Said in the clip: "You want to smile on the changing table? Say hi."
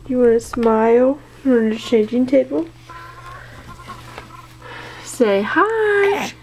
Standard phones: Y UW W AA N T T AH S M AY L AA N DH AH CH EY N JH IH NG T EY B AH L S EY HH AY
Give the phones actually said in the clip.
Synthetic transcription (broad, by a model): Y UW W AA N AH S M AY L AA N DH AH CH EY JH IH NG T EY B AH L S EY HH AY